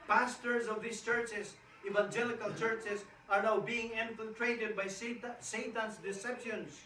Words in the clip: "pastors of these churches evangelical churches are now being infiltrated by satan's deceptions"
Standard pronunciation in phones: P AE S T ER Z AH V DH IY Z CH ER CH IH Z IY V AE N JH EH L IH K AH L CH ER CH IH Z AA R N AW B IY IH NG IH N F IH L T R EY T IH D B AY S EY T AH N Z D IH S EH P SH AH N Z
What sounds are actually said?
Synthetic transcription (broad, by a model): P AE S T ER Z AH V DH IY S CH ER CH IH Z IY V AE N JH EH L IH K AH L CH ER CH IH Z AA R N AW B IY IH NG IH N F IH L T R EY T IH D B AY S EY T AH N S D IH S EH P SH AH N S